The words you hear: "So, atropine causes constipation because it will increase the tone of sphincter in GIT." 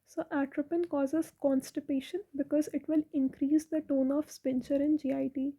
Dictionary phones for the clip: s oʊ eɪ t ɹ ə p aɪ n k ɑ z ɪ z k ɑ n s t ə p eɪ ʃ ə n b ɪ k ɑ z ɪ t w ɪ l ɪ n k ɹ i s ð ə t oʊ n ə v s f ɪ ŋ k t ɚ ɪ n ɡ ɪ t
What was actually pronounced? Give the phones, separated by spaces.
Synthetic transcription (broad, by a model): s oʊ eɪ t ɹ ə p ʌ n k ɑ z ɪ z k ɑ n s t ə p eɪ ʃ ə n b ɪ k ɑ z ɪ t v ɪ l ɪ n k ɹ i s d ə t oʊ n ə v s p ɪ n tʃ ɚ ɪ n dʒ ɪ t